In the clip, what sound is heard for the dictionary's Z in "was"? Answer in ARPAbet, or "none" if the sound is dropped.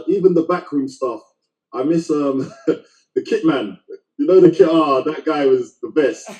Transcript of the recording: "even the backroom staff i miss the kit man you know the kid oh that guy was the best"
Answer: Z